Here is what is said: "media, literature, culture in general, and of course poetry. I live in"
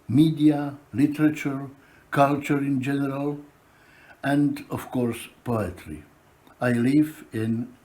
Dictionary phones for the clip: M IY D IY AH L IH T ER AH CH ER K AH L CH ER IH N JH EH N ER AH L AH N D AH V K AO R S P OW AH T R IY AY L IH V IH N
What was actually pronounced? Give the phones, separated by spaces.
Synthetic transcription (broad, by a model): M IY D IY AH L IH T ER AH CH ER K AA L CH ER IH N JH EH N ER AH L AH N D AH F K AO R S P OW AH T R IY AY L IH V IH N